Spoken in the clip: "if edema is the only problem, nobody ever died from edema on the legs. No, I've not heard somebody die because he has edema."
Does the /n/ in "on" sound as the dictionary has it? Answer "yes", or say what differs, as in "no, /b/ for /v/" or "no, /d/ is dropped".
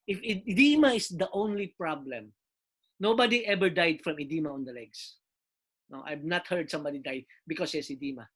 yes